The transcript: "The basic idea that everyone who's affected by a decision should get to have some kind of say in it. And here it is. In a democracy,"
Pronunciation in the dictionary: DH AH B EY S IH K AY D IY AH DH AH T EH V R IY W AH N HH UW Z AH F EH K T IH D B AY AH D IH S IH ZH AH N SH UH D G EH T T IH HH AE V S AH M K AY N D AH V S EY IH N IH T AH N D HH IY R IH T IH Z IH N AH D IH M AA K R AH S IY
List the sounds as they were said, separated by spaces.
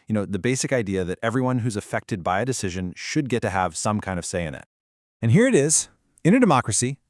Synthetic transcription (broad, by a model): DH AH B EY S IH K AY D IY AH DH AH T EH V R IY W AH N HH UW Z AH F EH K T IH D B AY AH D IH S IH ZH AH N SH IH D G EH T T IH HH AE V S AH M K AY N D AH V S EY IH N IH T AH N HH IY R IH T IH Z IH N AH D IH M AA K R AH S IY